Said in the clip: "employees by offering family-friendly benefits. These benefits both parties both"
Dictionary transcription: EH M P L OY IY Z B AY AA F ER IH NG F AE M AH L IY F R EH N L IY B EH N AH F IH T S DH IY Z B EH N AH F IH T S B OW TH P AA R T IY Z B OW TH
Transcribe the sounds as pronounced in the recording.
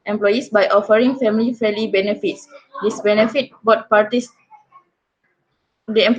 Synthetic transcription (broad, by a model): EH M P L OY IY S B AY AA F ER IH NG F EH M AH L IY F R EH L IY B EH N AH F IH T S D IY S B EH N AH F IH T B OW T P AA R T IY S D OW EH